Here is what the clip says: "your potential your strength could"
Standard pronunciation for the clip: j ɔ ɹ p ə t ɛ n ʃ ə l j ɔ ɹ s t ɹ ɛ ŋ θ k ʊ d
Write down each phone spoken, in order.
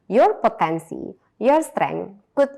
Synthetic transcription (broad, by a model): j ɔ ɹ p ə t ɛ n s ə j ɔ ɹ s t ɹ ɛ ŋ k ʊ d